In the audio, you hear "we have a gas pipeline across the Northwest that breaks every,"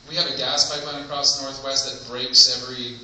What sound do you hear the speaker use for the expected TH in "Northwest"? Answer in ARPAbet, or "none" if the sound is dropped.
TH